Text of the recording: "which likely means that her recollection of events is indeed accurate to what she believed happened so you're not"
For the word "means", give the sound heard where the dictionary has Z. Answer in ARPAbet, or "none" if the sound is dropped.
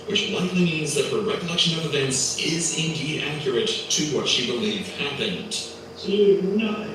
Z